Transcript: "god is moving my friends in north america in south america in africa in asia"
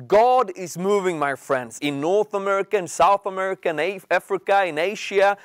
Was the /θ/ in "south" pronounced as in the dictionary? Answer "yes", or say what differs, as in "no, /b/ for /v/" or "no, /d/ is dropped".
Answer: yes